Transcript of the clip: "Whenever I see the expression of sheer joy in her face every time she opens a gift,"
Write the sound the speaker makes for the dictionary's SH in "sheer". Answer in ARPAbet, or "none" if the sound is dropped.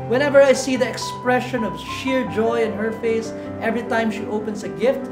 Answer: SH